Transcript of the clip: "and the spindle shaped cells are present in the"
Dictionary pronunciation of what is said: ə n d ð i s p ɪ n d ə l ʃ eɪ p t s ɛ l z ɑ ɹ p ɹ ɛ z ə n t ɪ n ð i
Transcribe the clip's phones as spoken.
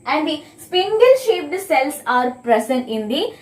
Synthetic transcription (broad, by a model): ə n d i s p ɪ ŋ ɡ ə l ʃ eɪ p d s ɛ l s ɑ ɹ p ɹ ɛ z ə n t ɪ n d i